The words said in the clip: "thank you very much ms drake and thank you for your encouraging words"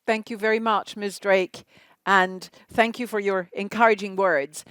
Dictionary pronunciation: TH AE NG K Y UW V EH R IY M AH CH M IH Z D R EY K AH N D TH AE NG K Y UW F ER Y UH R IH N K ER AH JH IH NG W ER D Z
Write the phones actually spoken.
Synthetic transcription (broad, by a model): TH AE NG K Y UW V EH R IY M AH CH M IH S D R EY K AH N TH AE NG K Y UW F ER Y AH R IH N K ER AH JH IH NG W ER D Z